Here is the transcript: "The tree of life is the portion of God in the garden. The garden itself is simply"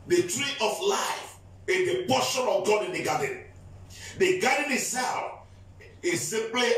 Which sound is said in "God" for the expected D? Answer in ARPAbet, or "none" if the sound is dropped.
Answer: D